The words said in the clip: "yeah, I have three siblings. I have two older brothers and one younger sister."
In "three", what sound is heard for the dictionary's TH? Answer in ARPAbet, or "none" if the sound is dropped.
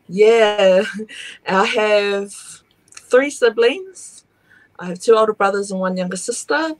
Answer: TH